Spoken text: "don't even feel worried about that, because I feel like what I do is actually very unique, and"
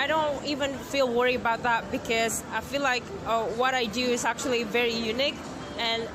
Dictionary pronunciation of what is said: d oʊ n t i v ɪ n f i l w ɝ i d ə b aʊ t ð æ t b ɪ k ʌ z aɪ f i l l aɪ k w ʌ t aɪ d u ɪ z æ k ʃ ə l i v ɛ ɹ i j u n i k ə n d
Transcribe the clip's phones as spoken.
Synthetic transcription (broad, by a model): d oʊ n t i v ɪ n f i l w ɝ i ə b aʊ t ð æ t b ɪ k ʌ z aɪ f i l l aɪ k w ʌ t aɪ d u ɪ z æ k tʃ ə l i v ɛ ɹ i j u n i k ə n